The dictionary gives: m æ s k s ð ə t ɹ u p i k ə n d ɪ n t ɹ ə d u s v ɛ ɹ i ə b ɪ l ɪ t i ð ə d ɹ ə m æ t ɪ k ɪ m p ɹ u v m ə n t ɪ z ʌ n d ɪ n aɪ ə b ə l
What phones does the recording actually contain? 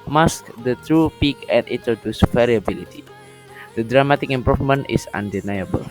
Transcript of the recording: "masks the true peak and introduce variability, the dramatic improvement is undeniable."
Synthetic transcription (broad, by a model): m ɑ s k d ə t ɹ u p i k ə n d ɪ n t ɹ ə d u s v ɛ ɹ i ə b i l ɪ t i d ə d ɹ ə m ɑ t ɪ k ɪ m p ɹ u f m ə n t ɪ s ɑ n d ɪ n aɪ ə b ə l